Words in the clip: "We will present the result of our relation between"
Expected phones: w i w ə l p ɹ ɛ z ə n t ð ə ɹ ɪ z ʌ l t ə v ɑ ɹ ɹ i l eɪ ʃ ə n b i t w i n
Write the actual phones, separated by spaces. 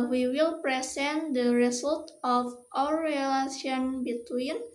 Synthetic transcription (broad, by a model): w i w ə l p ɹ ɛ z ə n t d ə ɹ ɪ s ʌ l t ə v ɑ w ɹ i l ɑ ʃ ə n b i t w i n